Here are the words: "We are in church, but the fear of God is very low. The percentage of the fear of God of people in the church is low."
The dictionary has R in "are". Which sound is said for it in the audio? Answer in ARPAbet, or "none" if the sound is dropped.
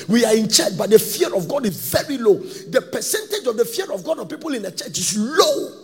R